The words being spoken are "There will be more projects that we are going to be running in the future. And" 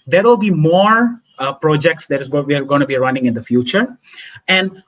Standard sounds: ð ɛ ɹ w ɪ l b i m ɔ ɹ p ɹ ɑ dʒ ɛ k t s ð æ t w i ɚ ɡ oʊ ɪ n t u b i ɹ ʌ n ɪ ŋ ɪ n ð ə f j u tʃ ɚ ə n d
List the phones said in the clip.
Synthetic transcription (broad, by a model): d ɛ ɹ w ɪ l b i m ɔ ɹ p ɹ ɑ dʒ ɛ k t s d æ t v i ɚ ɡ oʊ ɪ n t u b i ɹ ʌ n ɪ ŋ ɪ n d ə f j u tʃ ɚ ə n d